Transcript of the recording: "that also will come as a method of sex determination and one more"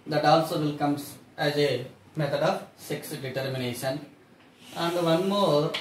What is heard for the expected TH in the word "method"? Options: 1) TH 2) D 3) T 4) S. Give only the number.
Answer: 3